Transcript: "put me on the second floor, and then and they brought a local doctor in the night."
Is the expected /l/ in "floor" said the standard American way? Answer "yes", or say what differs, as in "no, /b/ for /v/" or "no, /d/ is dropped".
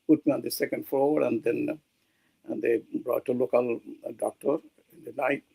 no, /l/ is dropped